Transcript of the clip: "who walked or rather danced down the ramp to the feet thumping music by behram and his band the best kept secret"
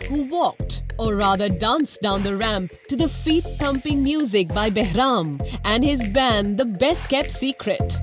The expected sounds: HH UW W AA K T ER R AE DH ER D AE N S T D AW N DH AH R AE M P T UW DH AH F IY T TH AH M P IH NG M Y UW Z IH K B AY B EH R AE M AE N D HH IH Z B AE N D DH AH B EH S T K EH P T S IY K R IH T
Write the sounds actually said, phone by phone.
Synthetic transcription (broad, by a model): HH UW W AA K T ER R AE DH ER D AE N S D AW N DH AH R AE M P T UW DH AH F IY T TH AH M P IH NG M Y UW Z IH K B AY B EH R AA M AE N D HH IH Z B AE N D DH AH B EH S T K EH P T S IY K R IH T